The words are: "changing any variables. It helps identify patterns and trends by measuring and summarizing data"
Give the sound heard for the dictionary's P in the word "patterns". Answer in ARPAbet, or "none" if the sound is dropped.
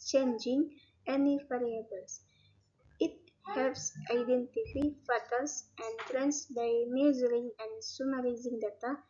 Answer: F